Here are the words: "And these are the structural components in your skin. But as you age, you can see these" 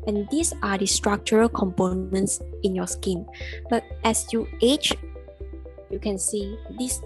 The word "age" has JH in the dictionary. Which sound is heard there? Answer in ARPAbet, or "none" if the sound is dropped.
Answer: CH